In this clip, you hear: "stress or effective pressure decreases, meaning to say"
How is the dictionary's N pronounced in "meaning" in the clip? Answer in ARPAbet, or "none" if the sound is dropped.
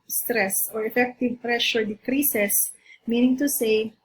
N